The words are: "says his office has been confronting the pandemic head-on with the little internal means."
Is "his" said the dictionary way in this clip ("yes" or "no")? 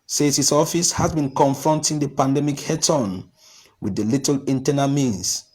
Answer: no